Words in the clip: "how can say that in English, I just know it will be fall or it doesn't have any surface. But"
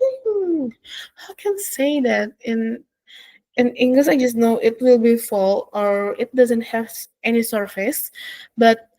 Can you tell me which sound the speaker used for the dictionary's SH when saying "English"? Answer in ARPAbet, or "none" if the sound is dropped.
S